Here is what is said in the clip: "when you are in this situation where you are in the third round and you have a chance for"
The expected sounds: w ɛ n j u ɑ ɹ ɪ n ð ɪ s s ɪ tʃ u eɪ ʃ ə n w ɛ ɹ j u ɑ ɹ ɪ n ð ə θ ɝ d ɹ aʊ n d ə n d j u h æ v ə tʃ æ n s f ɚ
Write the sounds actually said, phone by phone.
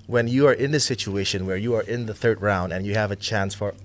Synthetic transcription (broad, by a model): w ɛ n j u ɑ ɹ ɪ n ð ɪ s s ɪ tʃ u eɪ ʃ ə n w ɛ ɹ j u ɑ ɹ ɪ n ð ə θ ɝ d ɹ aʊ n d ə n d j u h æ v ə tʃ æ n s f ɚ